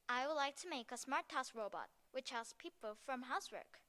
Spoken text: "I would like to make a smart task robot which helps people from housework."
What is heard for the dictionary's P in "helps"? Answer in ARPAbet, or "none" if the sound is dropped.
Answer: none